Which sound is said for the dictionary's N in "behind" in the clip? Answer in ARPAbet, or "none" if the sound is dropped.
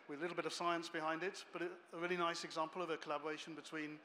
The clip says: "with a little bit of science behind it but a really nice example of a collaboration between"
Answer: N